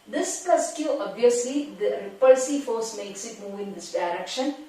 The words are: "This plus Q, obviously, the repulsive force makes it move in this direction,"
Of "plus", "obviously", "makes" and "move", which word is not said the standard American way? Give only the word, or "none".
plus